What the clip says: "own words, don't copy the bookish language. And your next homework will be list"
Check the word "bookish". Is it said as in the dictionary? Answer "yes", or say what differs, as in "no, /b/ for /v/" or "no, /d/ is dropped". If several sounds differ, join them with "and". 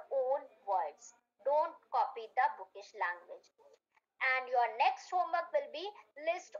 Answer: yes